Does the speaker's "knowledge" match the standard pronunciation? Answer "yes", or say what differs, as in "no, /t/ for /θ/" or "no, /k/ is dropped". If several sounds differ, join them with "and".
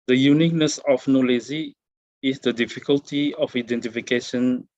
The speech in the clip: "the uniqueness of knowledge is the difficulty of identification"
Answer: no, /z/ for /dʒ/